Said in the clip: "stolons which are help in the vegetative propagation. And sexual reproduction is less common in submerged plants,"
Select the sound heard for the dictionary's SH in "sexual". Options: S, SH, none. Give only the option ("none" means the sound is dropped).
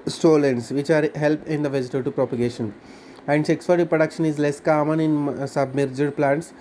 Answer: S